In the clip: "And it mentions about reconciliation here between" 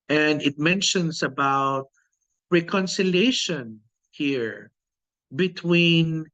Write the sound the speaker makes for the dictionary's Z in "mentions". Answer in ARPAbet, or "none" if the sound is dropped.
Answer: S